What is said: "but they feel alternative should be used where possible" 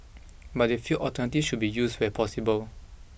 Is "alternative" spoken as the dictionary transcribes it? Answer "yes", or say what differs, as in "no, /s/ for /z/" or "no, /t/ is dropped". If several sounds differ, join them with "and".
no, /l/ is dropped